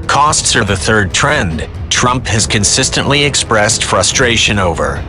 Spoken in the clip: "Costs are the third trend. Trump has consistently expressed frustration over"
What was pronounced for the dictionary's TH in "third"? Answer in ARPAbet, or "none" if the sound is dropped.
TH